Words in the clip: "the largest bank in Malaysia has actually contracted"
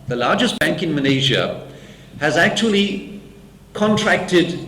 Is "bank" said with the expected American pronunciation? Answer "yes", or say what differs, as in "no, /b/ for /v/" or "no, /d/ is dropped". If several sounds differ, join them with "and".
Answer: yes